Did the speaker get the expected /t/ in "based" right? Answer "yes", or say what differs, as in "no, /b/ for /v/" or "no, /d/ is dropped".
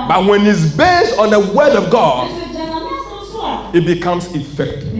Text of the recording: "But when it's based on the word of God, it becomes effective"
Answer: yes